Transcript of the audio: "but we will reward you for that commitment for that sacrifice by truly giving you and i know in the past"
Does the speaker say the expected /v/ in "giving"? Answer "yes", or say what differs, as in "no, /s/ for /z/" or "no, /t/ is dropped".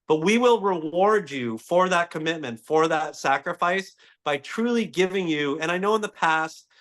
yes